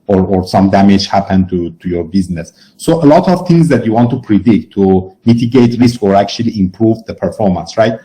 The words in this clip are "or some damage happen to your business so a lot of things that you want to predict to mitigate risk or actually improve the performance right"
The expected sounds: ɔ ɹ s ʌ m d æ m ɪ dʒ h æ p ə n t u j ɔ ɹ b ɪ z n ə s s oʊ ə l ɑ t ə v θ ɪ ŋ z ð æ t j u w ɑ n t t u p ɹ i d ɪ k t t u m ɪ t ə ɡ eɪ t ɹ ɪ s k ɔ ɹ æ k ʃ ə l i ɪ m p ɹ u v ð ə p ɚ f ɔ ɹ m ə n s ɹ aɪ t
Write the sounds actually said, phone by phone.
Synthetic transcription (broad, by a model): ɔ ɹ s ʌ m d æ m ɪ dʒ h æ p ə n t u j ɔ ɹ b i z n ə s s oʊ ə l ɑ t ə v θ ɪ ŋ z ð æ t j u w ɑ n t t u p ɹ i d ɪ k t t u m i t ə ɡ eɪ t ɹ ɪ s k ɔ ɹ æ k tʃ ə l i ɪ m p ɹ u v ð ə p ɚ f ɔ ɹ m ə n s ɹ aɪ t